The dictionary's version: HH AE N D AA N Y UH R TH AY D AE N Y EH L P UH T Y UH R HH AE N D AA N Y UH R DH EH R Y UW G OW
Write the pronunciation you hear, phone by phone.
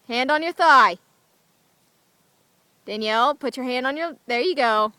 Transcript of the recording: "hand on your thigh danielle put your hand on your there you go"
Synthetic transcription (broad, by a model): HH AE N D N Y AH R TH AY D AE N Y EH L P UH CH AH R HH AE N D N Y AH R DH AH R Y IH G OW